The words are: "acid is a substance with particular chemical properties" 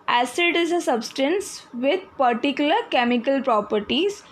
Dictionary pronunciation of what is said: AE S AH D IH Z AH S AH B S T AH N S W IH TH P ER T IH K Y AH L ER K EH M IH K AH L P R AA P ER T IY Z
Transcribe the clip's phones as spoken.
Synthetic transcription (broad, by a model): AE S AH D IH Z AH S AH B S T AH N S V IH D P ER T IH K Y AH L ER K EH M IH K AH L P R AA P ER T IY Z